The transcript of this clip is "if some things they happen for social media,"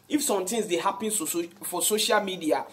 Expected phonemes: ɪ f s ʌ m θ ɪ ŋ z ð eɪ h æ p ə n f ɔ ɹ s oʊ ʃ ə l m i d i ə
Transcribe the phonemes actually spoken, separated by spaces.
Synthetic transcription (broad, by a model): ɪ f s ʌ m t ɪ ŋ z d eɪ h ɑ p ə n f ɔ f s oʊ ʃ ə l m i d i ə